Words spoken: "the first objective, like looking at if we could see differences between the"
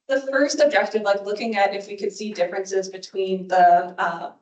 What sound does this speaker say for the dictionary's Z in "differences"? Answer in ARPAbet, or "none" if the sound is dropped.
Z